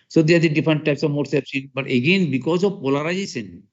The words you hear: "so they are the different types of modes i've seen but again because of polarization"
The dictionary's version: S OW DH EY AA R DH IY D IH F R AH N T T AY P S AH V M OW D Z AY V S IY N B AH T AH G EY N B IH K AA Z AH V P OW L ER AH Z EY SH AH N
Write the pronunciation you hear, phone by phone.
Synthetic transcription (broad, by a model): S OW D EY AA R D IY D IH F R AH N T T AY P S AH V M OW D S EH P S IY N B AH T AH G EY N B IH K AA Z AH V P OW L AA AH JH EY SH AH N